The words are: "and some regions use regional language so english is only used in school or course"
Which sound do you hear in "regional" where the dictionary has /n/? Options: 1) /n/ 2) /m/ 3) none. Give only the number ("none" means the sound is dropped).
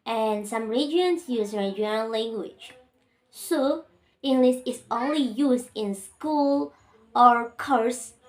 3